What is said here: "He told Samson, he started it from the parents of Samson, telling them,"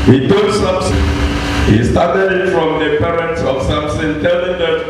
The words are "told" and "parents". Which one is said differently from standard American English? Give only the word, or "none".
told